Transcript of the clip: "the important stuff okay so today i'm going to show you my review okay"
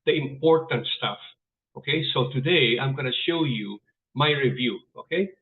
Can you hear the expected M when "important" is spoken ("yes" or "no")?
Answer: yes